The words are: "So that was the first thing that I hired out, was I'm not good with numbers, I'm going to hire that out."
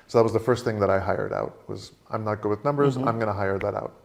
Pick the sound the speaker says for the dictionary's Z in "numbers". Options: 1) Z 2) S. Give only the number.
1